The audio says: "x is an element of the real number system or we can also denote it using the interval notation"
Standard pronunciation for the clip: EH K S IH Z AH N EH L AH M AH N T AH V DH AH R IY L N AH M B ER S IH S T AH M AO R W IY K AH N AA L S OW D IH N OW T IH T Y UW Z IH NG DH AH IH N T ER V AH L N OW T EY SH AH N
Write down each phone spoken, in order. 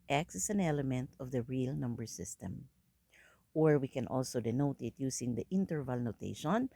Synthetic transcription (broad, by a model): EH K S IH S AH N EH L AH M AH N T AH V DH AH R IY L N AH M B ER S IH S T AH M AO R W IY K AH N AA L S OW D IH N OW T IH T Y UW S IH NG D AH IH N T ER V AH L N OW T EY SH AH N